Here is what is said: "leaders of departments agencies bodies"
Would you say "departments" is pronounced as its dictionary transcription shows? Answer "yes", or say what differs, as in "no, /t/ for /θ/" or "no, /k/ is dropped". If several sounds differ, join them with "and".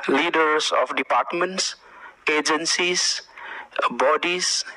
yes